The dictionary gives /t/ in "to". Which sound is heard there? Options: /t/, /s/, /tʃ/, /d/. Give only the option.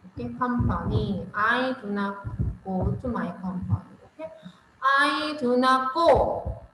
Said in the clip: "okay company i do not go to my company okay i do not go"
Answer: /s/